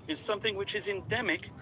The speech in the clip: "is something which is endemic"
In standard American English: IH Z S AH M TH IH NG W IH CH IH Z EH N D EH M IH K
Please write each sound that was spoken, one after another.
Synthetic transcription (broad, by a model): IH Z S AH M TH IH NG W IH CH IH Z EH N D EH M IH K